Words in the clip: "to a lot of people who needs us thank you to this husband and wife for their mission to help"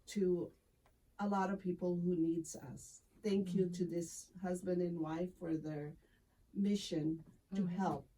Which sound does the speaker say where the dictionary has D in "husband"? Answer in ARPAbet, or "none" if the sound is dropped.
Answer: D